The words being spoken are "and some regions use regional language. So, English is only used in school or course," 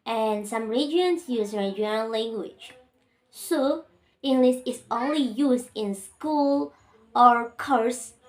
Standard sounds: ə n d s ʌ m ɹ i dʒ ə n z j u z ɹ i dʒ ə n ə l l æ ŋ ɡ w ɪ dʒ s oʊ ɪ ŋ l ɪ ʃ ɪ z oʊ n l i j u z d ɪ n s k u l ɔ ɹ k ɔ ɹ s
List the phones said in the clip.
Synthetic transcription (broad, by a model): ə n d s ʌ m ɹ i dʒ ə n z j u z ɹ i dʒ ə ə n l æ ŋ ɡ w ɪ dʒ s oʊ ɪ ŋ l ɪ s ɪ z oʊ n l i j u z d ɪ n s k u l ɔ ɹ k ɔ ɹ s